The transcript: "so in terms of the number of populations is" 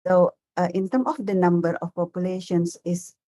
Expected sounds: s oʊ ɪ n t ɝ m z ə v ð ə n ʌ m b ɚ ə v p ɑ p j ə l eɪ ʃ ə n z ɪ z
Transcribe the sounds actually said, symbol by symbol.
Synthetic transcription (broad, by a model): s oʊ ɪ n t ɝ m ə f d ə n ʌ m b ɚ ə f p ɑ p j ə l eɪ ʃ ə n s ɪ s